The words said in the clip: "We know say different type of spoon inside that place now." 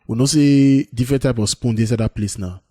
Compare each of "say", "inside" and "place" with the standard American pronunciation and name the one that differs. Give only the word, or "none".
inside